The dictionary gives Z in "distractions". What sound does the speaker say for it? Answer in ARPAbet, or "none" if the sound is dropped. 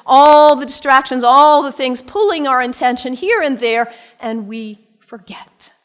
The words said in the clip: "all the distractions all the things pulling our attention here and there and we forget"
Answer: Z